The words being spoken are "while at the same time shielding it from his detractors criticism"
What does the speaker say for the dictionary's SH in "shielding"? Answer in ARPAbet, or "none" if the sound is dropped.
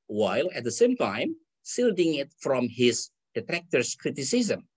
S